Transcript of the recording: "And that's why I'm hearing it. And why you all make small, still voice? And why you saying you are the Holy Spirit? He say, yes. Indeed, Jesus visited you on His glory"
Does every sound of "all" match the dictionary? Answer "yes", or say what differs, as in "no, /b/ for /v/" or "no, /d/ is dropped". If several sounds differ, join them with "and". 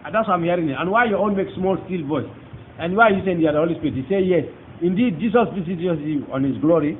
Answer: no, /n/ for /l/